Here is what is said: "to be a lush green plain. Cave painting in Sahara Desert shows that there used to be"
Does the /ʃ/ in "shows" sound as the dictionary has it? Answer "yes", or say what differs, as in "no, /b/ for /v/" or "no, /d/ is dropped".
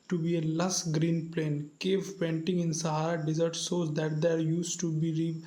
no, /s/ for /ʃ/